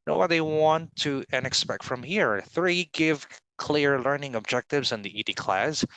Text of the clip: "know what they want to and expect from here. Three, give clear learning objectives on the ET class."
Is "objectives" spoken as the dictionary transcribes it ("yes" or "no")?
yes